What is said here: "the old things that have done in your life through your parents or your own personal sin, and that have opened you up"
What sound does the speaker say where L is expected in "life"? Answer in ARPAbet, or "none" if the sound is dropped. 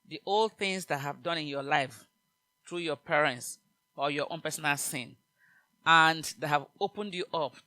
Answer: L